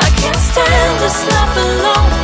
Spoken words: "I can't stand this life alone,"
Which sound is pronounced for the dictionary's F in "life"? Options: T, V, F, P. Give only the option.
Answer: P